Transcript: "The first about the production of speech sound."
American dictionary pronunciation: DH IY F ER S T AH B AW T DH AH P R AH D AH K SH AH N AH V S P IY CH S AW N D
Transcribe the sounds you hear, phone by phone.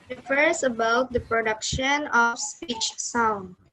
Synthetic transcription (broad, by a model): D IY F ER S AH B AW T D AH P R AH D AH K SH AH N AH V S P IY CH S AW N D